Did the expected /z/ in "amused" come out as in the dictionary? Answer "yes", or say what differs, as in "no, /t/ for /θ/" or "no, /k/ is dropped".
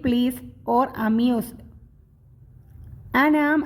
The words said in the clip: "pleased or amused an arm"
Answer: no, /s/ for /z/